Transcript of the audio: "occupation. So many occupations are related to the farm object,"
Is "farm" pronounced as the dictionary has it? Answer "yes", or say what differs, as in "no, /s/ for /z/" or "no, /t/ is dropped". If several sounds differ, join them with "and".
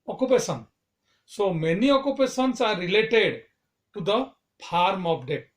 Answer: no, /p/ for /f/